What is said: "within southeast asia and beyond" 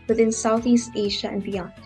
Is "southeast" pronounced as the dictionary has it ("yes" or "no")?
yes